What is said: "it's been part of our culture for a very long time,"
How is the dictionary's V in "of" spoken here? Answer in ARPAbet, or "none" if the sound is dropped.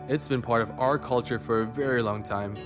V